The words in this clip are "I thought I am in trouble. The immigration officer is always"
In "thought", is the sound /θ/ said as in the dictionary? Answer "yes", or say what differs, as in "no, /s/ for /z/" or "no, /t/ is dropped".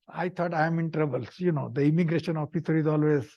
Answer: no, /t/ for /θ/